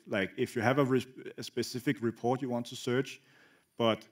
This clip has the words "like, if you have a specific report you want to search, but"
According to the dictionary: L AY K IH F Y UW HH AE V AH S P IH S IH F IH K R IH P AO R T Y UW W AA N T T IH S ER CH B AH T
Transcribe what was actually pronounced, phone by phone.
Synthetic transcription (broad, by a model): L AY K IH F Y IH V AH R AH S P IH S IH F IH K R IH P AO R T Y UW W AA N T T IH S ER CH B AH T